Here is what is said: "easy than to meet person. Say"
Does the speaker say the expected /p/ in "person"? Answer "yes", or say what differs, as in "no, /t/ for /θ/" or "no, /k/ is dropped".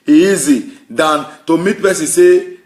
no, /b/ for /p/